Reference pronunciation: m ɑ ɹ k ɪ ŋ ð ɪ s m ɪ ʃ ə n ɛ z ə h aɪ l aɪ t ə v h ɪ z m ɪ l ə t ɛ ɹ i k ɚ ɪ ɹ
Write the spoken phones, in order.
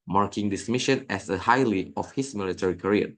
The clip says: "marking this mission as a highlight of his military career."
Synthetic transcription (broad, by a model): m ɑ ɹ k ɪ ŋ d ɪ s m ɪ ʃ ə n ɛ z ə h aɪ l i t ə f h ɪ s m ɪ l ə t ɛ ɹ i k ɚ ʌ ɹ